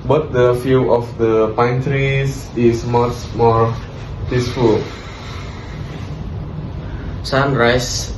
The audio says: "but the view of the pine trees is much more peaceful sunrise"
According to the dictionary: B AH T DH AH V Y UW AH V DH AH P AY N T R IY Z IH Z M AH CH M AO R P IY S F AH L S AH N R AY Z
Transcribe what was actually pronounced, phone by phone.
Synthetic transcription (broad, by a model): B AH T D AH F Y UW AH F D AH P AY N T R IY S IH S M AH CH M AO R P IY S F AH L S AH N R AY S